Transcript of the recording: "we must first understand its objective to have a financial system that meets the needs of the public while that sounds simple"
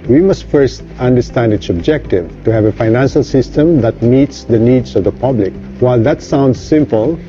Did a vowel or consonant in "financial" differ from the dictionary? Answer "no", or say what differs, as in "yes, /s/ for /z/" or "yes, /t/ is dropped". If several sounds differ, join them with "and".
no